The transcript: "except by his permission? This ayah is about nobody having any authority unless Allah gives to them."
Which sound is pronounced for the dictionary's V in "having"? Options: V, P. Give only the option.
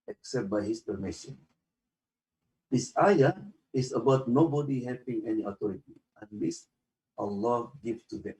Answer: P